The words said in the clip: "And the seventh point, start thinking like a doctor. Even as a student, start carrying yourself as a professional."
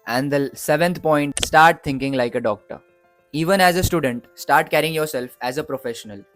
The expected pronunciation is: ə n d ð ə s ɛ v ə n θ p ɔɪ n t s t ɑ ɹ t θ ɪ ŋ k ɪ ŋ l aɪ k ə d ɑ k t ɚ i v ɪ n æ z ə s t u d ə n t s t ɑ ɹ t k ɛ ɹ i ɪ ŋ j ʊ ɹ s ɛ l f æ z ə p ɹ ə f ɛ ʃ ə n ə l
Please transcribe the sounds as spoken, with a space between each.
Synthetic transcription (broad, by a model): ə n d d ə s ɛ v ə n t p ɔɪ n t s t ɑ ɹ t t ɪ ŋ k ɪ ŋ l aɪ k ə d ɑ k t ɚ i v ɪ n æ z ə s t u d ə n t s t ɑ ɹ t k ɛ ɹ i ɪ ŋ j ʊ ɹ s ɛ l f æ z ə p ɹ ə f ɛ ʃ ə n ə l